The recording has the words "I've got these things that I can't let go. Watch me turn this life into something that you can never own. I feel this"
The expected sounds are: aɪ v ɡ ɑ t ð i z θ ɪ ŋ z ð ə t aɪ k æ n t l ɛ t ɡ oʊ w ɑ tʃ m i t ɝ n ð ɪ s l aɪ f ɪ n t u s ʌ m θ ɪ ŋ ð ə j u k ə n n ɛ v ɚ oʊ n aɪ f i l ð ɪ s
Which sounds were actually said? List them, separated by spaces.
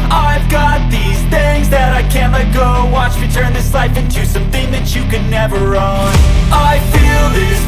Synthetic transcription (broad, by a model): aɪ v ɡ ɑ t ð i z θ ɪ ŋ z ð ə t aɪ k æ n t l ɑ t ɡ oʊ w ɑ tʃ m i t ɝ n ð ɪ s l aɪ f ɪ n t u s ʌ m θ ɪ ŋ ð ə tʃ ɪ k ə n n ɛ v ɚ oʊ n aɪ f i l ð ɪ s